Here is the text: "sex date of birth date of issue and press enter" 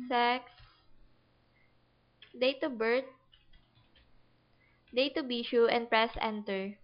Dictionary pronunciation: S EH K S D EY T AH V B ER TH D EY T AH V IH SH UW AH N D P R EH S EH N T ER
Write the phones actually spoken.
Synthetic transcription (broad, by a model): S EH K S D EY T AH B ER T D EY T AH B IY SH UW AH N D P R EH S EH N T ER